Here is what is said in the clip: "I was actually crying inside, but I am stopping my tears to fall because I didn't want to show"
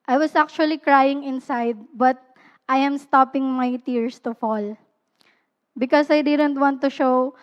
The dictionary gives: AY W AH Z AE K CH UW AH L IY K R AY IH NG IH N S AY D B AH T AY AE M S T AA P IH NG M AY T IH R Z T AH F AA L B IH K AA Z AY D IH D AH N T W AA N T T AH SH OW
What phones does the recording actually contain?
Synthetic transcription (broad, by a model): AY W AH S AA K CH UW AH L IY K R AY IH NG IH N S AY D B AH T AY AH M S T AA P IH NG M AY T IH R S T AH F AA L B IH K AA S AY D IH D AH N T W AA N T T AH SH OW